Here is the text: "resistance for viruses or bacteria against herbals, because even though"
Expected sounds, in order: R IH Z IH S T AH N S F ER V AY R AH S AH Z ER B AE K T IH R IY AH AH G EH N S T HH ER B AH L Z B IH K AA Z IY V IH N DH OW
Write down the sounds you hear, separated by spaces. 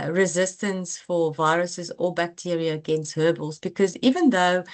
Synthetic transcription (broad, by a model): R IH Z IH S T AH N S F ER V AY R AH S AH Z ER B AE K T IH R IY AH AH G EH N S T HH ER B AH L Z B IH K AA Z IY V IH N DH OW